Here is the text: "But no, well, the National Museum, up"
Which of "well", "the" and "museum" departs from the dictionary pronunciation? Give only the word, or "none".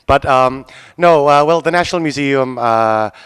none